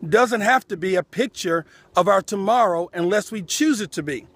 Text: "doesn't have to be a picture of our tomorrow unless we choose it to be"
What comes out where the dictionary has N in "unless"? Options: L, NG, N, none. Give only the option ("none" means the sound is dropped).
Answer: N